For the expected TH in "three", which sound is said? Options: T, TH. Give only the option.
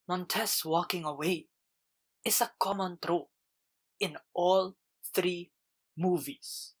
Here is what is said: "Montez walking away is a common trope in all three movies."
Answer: TH